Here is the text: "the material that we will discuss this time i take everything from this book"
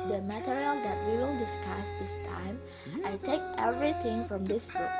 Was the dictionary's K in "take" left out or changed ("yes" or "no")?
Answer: no